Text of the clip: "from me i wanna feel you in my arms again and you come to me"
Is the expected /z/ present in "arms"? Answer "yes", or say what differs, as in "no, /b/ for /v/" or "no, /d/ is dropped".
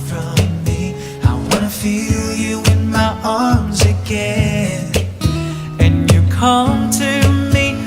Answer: yes